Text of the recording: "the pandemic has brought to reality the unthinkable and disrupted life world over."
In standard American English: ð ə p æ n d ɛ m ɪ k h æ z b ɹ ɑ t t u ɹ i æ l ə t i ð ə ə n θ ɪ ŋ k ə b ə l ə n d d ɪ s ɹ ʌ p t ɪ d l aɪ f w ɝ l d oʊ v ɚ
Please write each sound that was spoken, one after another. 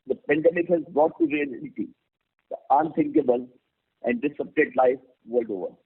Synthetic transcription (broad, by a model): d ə p æ n d ɛ m ɪ k h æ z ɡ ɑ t t u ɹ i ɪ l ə t i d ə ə n t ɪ ŋ k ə b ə l ə n d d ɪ s ʌ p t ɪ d l aɪ f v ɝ l d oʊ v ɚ